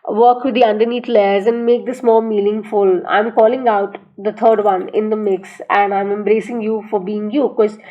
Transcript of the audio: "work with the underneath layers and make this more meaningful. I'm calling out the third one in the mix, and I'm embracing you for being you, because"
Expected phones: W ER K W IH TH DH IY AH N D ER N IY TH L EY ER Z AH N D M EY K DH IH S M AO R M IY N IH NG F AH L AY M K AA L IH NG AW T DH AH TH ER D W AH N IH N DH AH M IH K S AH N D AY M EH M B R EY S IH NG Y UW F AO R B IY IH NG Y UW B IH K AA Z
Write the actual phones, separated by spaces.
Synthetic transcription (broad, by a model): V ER K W IH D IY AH N D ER N IY T L EY ER Z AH N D M EY K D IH S M AO L M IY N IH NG F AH L AY M K AA L IH NG AW T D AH T ER D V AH N IH N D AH M IH K S AH N D AY M EH M B R EY S IH NG Y UW F AO R B IY IH NG Y UW K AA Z